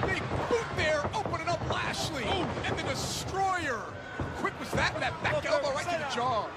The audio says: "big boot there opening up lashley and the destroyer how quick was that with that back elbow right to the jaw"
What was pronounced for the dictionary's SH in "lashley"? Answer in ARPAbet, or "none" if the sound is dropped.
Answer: SH